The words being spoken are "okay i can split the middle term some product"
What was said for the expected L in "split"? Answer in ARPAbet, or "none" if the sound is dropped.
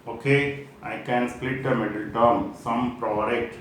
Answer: L